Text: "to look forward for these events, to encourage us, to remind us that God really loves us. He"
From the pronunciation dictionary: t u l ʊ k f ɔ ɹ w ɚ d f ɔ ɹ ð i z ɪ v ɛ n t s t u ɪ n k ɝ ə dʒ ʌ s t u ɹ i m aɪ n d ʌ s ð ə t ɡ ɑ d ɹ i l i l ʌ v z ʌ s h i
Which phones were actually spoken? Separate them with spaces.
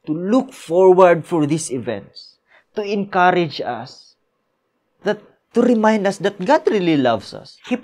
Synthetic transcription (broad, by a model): t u l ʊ k f ɔ ɹ w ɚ d f ɔ ɹ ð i s ɪ v ɛ n t s t u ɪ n k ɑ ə dʒ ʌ s t u ɹ i m aɪ n d ʌ s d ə t ɡ ɑ d ɹ i l i l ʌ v s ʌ s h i